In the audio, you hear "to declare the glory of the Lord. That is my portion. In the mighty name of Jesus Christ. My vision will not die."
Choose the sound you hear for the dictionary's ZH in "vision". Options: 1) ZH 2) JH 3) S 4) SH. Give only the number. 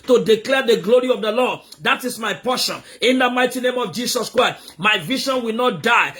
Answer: 4